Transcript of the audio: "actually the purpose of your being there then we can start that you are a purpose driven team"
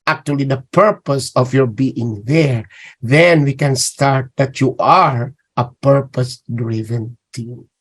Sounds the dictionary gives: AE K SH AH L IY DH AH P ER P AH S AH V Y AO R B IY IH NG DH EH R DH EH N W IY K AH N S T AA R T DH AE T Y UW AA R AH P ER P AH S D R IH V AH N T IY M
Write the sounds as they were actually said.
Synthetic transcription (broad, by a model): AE K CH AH L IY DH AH P ER P AH S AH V Y AO R B IY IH NG DH EH R DH EH N W IY K AH N S T AA R T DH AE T Y UW AA R AH P ER P AH S D R IH V AH N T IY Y